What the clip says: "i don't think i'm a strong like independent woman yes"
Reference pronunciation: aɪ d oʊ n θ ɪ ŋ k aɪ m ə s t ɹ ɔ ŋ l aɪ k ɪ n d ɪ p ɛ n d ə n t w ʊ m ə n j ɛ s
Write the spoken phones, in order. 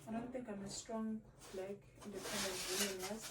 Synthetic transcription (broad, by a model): aɪ d oʊ n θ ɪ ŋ k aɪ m ə s t ɹ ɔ ŋ l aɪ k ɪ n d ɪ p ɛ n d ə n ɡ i ə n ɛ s